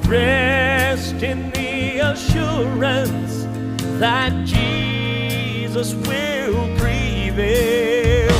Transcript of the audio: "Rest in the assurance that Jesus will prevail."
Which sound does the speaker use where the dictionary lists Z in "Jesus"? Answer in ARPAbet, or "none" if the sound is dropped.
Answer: Z